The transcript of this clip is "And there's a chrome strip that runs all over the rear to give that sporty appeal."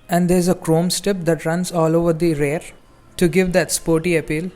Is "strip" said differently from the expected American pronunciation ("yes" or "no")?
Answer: yes